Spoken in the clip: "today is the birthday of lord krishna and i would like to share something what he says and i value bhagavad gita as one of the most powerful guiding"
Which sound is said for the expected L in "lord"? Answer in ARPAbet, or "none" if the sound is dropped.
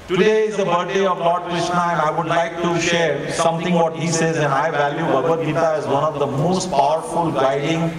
L